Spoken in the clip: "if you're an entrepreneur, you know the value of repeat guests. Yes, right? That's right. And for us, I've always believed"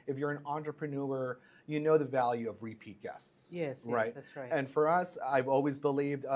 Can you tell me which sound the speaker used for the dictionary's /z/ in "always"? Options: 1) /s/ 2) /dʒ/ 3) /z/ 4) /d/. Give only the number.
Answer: 3